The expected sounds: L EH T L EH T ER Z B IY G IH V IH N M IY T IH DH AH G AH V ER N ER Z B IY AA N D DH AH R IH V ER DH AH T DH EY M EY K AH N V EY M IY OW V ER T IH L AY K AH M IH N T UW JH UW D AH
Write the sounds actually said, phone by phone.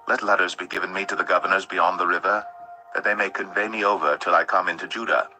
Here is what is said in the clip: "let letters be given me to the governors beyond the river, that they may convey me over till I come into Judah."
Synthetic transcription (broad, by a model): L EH T L EH T ER Z B IY G IH V IH N M IY T IH DH AH G AH V ER N ER Z B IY AA N DH AH R IH V ER DH AH T DH EY M EY K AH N V EY M IY OW V ER T IH L AY K AH M IH N T UW JH UW D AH